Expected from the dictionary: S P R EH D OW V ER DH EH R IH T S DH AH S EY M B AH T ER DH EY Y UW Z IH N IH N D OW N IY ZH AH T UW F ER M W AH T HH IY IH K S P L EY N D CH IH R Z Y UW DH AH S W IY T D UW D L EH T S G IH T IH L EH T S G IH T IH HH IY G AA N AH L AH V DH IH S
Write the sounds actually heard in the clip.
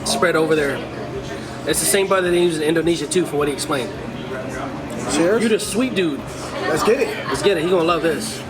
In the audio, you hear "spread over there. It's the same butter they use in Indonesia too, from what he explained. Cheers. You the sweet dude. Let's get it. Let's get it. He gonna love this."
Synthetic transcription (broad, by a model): S P R EH D OW V ER DH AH R IH T S DH AH S EY M B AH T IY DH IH Y UW Z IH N IH N D OW N IY ZH AH T UW F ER W AH T HH IY IH K S P L EY N D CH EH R Y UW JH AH S W IY T D UW D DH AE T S G IH T IH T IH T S G IH T IH HH IY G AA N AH L AH V DH IH S